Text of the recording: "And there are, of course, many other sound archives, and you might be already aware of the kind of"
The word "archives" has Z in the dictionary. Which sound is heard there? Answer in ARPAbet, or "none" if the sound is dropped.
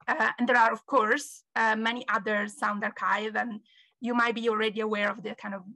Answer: none